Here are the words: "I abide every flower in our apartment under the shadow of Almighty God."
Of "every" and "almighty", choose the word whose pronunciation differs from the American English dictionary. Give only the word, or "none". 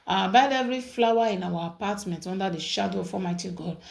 almighty